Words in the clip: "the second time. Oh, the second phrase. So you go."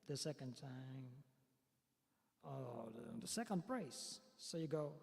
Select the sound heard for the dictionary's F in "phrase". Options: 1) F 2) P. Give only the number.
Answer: 2